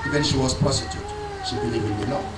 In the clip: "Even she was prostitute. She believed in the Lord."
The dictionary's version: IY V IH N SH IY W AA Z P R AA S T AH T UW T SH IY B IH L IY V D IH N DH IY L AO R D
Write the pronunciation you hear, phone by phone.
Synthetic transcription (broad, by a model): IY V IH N SH IY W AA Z P AA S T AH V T SH IY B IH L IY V IH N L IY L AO